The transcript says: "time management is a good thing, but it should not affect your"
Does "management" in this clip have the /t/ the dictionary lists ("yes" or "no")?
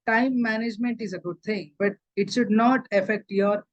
yes